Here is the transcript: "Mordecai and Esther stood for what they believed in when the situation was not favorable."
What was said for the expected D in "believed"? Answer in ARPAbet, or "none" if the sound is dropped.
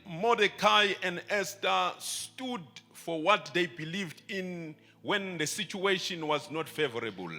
D